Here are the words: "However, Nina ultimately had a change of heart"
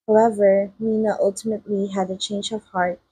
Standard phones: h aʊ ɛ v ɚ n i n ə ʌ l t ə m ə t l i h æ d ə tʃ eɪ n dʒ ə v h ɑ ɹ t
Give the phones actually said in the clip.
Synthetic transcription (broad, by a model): h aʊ ɛ v ɚ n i n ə ʌ l t ə m ə t l i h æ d ə tʃ eɪ n dʒ ə v h ɑ ɹ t